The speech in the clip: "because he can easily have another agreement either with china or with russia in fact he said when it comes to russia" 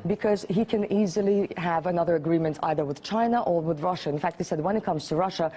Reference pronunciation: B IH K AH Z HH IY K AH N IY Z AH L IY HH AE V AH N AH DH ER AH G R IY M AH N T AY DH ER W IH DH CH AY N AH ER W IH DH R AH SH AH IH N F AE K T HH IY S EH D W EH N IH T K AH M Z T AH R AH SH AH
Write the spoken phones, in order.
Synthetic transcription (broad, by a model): B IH K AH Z HH IY K AH N IY Z AH L IY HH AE V AH N AH DH ER AH G R IY M AH N T AY DH ER W IH DH CH AY N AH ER W IH DH R AH SH AH IH N F AE K T HH IY S EH D W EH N IH T K AH M Z T AH R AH SH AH